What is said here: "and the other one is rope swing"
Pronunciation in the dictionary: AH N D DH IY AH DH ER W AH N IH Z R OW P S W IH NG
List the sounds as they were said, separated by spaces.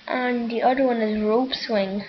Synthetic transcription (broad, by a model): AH N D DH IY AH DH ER W AH N IH Z R OW P S W IH NG